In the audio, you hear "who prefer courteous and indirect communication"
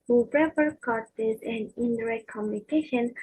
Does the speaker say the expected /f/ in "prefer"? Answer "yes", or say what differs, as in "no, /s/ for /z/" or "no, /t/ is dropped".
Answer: no, /p/ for /f/